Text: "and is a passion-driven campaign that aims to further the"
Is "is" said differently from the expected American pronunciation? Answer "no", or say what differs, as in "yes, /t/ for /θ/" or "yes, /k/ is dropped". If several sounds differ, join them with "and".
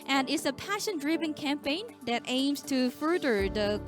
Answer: yes, /s/ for /z/